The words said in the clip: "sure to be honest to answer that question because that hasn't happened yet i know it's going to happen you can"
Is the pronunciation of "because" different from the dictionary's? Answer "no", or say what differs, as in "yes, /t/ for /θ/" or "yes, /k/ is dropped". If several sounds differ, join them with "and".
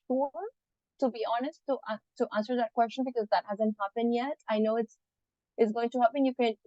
no